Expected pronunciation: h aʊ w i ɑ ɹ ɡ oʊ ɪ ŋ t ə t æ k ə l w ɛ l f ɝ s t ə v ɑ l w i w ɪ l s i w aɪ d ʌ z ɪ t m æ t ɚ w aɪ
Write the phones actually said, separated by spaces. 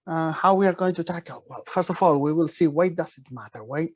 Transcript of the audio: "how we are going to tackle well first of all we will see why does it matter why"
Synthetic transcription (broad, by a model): h aʊ w i ɑ ɹ ɡ oʊ ɪ ŋ t ə t æ k ə l w ɛ l f ɝ s t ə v ɑ l w i w ɪ l s i w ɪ d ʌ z ɪ t m æ t ɚ w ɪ